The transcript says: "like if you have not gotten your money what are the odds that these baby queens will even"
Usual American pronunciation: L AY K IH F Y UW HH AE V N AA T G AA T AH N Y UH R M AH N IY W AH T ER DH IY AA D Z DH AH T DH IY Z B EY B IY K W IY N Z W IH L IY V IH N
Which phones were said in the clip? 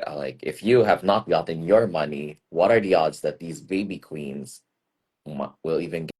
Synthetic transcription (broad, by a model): L AY K IH F Y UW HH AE V N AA T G AA T N Y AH R M AH N IY W AH T ER DH IY AA D Z DH AH T DH IY Z B EY B IY K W IY N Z W IH L IY V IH N